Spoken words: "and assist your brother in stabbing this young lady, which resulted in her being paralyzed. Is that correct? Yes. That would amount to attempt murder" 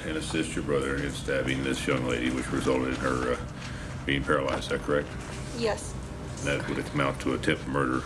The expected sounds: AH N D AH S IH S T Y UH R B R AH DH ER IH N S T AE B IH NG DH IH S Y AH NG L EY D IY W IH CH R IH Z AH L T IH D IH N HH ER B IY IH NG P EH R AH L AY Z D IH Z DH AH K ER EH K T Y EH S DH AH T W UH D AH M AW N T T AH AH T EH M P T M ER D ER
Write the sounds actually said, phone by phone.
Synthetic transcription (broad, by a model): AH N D AH S IH S T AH R B R AH DH ER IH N S T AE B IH NG DH IH S Y AH NG L EY D IY W IH CH R IH Z AH L T IH D IH N ER B IY IH NG P EH R AH L AY Z D DH AH K ER EH K T Y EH S DH AH T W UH D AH M AW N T T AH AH T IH P M ER D ER